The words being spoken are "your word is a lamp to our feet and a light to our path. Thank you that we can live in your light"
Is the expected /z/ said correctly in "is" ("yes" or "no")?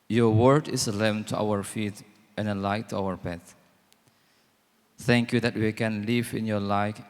no